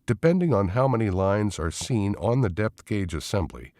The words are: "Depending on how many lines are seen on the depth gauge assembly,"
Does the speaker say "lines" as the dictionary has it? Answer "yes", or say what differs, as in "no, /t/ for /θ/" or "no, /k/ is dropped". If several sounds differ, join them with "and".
yes